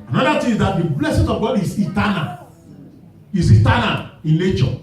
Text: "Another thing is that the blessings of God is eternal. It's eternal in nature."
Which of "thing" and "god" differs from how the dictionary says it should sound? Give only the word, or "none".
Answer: thing